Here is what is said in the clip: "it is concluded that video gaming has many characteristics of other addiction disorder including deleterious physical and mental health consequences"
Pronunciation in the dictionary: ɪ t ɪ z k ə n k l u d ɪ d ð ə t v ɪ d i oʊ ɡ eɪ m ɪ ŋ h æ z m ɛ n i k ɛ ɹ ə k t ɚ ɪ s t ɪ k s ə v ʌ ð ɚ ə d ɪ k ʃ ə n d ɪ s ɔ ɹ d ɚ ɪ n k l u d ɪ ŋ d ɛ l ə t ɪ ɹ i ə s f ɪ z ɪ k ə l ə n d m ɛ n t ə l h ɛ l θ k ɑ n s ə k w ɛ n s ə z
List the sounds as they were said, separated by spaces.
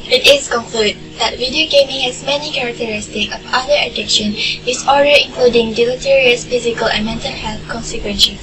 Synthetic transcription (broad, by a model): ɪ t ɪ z k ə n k l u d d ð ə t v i d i oʊ ɡ eɪ m ɪ ŋ h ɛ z m ɛ n i k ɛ ɹ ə k t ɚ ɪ s t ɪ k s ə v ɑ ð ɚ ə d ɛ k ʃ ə n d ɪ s ɔ l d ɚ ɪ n k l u d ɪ ŋ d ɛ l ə t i ɹ i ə s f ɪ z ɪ k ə l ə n m ɛ n t ə l h ɛ l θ k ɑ n s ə k w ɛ n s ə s